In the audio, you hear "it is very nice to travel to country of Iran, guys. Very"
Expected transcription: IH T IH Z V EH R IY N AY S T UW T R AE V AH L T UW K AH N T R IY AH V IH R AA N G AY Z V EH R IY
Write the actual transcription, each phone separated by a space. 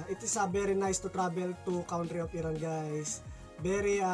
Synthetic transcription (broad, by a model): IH T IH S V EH R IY N AY S T UW T R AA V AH L T UW K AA N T R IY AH P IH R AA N G AY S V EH R IY